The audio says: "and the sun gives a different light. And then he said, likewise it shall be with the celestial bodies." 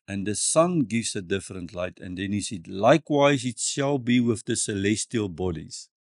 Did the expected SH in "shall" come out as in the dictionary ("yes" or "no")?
yes